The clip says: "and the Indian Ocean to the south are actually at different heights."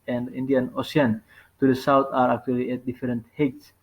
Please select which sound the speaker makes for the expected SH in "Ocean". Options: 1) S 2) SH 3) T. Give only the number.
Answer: 1